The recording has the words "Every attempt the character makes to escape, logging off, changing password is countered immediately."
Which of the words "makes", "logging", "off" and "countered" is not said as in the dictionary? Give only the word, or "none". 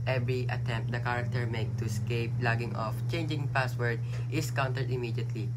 makes